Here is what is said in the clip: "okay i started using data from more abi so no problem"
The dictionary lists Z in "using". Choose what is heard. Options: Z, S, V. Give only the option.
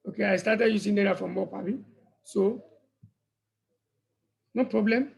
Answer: S